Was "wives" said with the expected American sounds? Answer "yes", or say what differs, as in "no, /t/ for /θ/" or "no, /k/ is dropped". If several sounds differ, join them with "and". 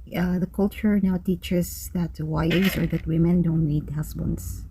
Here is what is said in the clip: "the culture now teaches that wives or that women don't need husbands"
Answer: no, /v/ is dropped